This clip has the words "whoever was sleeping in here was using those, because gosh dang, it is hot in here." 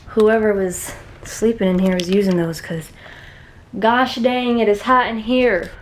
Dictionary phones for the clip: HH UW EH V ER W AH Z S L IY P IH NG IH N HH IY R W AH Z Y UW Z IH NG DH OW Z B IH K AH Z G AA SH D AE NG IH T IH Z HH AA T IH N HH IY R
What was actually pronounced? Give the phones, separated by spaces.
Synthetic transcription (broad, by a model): HH UW EH V ER W AH Z S L IY P IH NG IH N HH IY R W AH Z Y UW Z IH NG DH OW Z K AH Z G AA SH D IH NG IH T IH Z HH AA T IH N HH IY R